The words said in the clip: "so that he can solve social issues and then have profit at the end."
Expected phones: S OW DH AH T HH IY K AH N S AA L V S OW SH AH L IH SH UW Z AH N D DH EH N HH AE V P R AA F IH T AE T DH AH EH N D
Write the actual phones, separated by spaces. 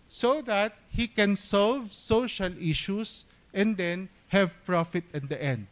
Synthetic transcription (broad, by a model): S OW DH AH T HH IY K AH N S AA L V S OW SH AH L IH SH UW S AH N D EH N HH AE V P R AA F IH T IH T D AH EH N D